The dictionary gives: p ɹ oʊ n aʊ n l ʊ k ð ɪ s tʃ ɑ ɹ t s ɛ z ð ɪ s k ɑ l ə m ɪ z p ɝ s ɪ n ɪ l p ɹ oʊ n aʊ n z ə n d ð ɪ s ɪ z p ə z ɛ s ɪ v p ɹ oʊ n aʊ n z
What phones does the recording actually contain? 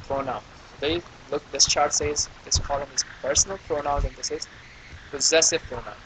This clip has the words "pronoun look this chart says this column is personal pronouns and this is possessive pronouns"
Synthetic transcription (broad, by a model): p ɹ oʊ n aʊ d l ʊ k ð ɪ s tʃ ɑ ɹ t s ɛ z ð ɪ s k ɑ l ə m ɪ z p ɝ s n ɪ l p ɹ oʊ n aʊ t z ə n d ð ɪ s ɪ z p ə z ɛ s ɪ v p ɹ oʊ n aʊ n